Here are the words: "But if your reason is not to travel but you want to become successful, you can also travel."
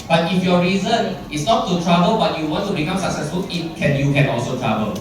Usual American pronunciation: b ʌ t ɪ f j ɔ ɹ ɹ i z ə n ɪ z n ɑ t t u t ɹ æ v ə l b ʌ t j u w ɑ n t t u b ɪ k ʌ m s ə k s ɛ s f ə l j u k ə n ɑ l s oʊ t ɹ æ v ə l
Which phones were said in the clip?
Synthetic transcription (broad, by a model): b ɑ t ɪ f j ɔ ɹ ɹ i z ə n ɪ s n ɑ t t u t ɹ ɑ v ə l b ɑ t j u w ɑ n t t u b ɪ k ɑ m s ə k s ɛ s f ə l j u k ə n ɑ l s oʊ t ɹ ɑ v ə l